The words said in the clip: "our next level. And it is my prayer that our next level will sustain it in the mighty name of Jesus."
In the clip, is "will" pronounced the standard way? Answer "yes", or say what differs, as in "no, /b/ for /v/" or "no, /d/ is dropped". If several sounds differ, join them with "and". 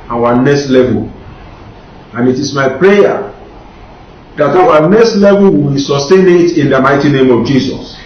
no, /w/ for /l/